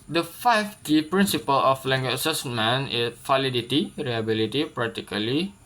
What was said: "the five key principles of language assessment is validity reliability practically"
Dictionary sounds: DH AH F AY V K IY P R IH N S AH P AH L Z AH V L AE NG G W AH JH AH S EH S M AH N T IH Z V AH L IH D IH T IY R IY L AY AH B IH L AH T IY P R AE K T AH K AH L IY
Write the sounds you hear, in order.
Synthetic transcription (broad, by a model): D AH F AY F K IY P R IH N S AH P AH L AH F L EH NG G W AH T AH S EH S M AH N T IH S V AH L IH D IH T IY R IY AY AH B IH L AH T IY P R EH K T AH K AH L IY